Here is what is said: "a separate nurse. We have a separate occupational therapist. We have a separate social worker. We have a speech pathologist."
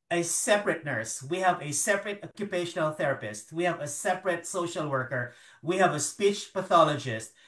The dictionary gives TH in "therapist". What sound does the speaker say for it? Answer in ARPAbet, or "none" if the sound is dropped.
TH